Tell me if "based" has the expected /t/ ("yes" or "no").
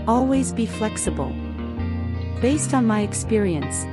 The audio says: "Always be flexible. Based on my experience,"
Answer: yes